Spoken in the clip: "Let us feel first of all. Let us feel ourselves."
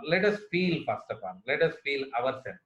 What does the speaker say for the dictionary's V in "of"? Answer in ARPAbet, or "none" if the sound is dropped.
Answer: P